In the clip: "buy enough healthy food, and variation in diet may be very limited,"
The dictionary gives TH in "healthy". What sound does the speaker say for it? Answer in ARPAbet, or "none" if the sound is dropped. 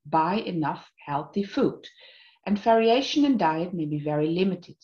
TH